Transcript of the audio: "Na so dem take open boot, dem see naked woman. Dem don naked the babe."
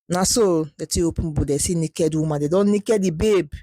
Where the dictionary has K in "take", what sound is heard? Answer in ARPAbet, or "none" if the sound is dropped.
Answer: none